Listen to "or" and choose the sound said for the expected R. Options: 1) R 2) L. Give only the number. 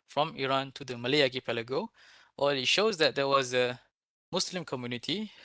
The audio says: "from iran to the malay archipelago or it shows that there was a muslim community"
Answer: 2